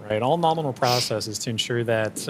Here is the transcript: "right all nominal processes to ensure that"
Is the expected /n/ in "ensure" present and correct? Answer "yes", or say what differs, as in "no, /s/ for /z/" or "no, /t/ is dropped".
yes